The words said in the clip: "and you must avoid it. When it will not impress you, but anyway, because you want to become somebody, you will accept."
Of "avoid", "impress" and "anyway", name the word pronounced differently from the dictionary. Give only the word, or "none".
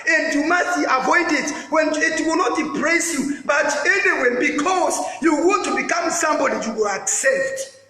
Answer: impress